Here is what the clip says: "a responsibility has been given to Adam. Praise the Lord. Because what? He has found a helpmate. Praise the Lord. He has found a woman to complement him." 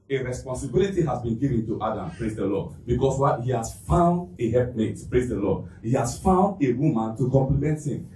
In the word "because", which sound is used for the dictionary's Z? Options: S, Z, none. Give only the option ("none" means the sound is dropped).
S